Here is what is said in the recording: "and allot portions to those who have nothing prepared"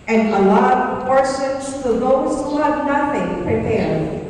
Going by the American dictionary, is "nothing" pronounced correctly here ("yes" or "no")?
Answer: yes